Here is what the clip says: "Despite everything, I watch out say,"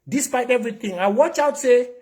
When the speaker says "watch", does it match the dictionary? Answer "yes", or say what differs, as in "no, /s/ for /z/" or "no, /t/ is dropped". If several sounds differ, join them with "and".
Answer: yes